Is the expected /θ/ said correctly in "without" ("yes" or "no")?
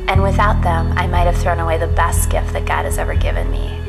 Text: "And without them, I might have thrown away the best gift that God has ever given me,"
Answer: yes